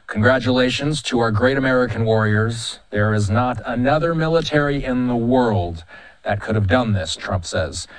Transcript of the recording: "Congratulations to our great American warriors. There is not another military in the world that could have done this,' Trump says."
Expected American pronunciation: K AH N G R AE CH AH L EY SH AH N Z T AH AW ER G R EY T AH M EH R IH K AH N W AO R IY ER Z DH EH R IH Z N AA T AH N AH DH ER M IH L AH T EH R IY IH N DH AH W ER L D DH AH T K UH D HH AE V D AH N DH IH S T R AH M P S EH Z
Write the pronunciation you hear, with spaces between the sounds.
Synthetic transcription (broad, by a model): K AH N G R AE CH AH L EY SH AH N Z T AH AW ER G R EY T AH M EH R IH K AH N W AO R IY ER Z DH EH R IH Z N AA T AH N AH DH ER M IH L AH T EH R IY IH N DH AH W ER L D DH AH T K UH D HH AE V D AH N DH IH S T R AH M P S EH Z